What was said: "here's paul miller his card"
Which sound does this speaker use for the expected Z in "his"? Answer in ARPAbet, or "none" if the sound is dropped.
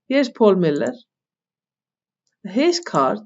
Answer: S